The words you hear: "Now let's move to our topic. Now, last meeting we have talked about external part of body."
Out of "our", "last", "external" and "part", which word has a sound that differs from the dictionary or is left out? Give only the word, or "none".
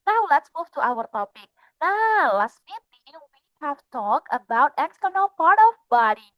none